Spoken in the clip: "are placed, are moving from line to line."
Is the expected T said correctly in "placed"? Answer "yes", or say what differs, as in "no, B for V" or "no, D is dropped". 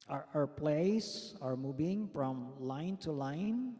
no, T is dropped